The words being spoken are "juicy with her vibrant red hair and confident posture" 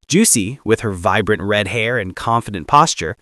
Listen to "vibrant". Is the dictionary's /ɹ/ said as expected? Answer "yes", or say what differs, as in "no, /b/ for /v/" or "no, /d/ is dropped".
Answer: yes